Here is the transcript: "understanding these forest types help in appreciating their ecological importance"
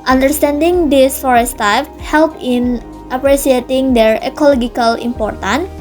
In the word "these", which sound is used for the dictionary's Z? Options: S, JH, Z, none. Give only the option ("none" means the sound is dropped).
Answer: S